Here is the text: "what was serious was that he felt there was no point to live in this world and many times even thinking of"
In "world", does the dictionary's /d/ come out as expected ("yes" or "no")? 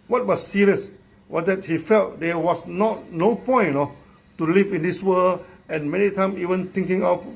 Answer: no